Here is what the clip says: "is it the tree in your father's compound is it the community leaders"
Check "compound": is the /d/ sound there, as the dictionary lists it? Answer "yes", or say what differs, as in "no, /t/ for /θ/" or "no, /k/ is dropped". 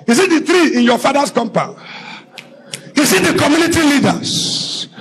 no, /d/ is dropped